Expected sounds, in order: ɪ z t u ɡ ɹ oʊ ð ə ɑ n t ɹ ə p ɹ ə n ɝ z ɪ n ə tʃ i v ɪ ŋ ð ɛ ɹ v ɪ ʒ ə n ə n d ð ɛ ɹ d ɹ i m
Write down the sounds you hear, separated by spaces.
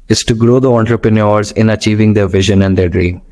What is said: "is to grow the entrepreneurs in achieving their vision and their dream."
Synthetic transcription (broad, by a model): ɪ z t u ɡ ɹ oʊ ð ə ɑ n t ɹ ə p ɹ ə n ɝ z ɪ n ə tʃ i v ɪ ŋ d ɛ ɹ v ɪ ʒ ə n ə n d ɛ ɹ d ɹ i m